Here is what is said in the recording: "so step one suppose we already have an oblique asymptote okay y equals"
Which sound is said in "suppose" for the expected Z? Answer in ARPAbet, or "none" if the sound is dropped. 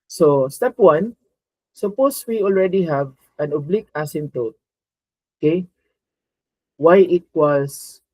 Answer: S